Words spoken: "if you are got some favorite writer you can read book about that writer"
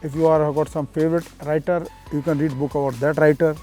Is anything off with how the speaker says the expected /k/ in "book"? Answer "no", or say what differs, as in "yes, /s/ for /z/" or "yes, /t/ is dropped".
no